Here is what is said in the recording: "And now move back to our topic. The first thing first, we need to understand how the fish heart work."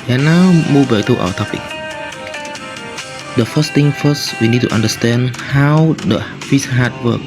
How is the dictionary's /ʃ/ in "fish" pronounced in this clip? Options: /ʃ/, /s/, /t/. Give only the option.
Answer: /s/